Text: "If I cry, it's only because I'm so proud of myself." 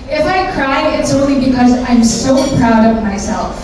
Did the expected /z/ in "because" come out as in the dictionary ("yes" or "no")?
yes